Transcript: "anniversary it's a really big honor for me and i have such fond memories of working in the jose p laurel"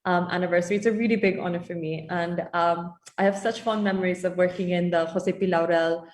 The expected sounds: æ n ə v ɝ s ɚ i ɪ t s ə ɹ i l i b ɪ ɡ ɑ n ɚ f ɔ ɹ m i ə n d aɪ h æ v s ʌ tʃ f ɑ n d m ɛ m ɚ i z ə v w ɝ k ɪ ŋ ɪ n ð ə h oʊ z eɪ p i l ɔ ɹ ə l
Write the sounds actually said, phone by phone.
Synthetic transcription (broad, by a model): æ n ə v ɝ s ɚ i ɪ t s ə ɹ i l i b ɪ ɡ ɑ n ɚ f ɔ ɹ m i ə n d aɪ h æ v s ʌ tʃ f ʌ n m ɛ m ɚ i z ə v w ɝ k ɪ ŋ ɪ n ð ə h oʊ s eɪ p i l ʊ ɹ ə l